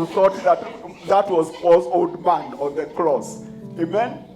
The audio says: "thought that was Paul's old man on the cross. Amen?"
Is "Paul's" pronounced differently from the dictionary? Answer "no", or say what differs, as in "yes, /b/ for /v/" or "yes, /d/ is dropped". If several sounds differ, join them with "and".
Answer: yes, /l/ is dropped